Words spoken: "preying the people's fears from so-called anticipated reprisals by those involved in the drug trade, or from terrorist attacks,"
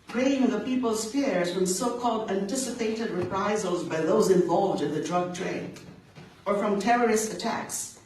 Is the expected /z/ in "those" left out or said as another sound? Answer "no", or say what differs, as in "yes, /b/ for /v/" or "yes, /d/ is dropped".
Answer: no